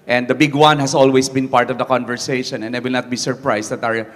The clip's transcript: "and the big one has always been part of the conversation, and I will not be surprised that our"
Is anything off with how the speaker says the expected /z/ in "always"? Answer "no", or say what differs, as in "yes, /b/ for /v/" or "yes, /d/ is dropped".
yes, /s/ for /z/